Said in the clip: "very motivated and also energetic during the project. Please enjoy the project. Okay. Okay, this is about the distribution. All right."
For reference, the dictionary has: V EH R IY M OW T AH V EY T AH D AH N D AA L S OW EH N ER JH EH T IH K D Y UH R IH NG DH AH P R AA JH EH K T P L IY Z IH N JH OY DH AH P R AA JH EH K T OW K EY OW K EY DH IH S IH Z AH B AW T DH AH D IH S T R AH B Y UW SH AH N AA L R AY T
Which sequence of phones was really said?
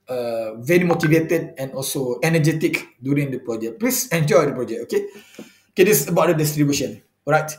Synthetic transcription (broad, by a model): V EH R IY M OW T AH V EY T AH D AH N AA L S OW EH N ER JH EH T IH K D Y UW R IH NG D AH P R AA JH EH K P L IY S IH N JH OY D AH P R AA JH EH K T OW K EY OW K EY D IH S AH B AW T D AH D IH S T R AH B Y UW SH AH N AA R AY T